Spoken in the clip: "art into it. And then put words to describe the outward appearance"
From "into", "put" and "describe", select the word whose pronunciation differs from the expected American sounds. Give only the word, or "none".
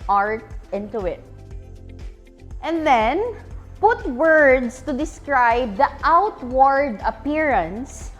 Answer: none